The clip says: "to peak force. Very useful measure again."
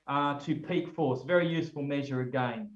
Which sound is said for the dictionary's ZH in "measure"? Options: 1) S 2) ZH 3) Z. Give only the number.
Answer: 2